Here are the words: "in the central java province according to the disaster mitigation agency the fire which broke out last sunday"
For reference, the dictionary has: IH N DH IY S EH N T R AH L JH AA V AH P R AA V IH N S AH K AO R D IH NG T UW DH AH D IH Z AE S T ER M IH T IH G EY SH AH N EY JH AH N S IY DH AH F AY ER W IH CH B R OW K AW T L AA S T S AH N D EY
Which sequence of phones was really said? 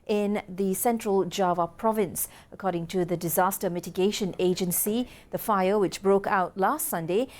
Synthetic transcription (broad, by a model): IH N DH IY S EH N T R AH L JH AA V AH P R AA V IH N S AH K AO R D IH NG T UW DH AH D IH Z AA S T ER M IH T IH G EY SH AH N EY JH AH N S IY DH AH F AY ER W IH CH B R OW K AW T L AA S T S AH N D EY